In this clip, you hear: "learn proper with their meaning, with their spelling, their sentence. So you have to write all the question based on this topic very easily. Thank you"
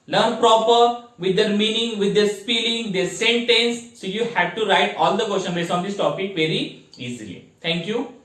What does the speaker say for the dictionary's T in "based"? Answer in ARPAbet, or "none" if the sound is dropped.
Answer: none